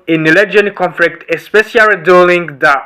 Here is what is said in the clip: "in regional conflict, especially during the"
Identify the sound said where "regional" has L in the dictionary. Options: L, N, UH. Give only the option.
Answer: N